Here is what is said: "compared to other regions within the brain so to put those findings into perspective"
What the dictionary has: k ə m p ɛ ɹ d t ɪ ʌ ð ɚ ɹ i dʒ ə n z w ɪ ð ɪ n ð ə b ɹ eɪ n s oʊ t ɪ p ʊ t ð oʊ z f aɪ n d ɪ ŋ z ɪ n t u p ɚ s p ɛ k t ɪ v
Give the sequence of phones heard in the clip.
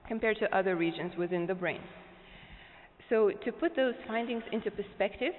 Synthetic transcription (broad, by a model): k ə m p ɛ ɹ d t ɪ ʌ ð ɚ ɹ i dʒ ə n z w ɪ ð ɪ n ð ə b ɹ eɪ n s oʊ t ɪ p ʊ t ð oʊ z f aɪ n d ɪ ŋ z ɪ n t u p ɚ s p ɛ k t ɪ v